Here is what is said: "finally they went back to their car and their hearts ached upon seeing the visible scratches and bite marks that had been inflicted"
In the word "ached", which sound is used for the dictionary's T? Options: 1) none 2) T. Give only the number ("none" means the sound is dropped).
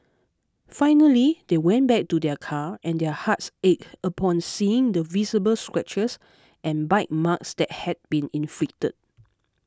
1